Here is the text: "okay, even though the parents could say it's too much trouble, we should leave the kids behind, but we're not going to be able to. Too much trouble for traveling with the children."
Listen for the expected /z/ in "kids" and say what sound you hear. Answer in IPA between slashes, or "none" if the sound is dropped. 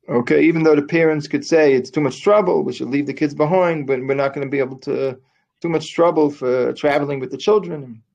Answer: /z/